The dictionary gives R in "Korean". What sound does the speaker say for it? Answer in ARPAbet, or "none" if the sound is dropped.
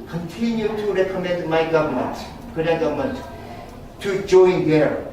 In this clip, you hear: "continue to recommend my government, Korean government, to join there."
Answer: none